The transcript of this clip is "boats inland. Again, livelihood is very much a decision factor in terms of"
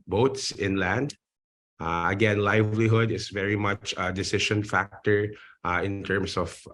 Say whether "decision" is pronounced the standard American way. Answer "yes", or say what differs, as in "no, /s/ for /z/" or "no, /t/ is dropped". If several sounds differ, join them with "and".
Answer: no, /ʃ/ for /ʒ/